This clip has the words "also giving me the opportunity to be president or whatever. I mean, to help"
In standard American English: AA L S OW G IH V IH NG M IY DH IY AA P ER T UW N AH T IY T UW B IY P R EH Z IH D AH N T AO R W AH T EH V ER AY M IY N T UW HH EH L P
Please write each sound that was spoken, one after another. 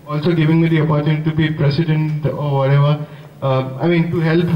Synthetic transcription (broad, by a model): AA L S OW G IH V IH NG M IY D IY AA P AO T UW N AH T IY T UW B IY P R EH S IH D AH N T AO R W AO T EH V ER AY M IY N T UW HH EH L P